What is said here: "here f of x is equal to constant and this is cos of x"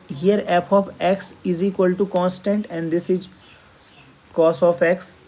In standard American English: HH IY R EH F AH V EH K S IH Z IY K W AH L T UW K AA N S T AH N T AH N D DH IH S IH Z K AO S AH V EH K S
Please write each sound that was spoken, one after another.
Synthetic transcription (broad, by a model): HH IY R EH P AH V EH K S IH Z IY K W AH L T UW K AA N S T AH N T AH N D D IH S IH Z K AO S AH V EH K S